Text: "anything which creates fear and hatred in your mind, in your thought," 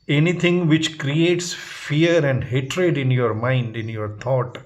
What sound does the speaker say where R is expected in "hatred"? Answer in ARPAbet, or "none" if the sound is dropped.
R